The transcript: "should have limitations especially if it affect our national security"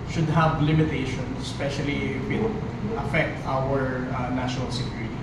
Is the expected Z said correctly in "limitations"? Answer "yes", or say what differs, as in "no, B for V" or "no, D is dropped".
no, Z is dropped